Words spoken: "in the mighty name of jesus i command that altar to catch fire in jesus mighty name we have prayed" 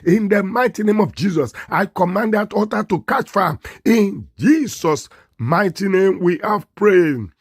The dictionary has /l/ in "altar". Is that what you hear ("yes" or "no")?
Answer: no